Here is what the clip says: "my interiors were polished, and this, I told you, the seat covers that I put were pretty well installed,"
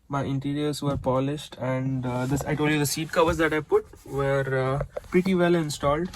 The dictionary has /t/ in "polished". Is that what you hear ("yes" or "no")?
yes